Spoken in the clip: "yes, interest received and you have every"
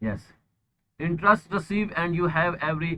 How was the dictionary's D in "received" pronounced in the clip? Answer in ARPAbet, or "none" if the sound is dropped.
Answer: none